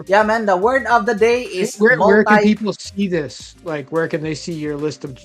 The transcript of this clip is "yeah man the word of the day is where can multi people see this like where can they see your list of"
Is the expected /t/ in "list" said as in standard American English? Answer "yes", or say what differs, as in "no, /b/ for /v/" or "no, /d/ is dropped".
yes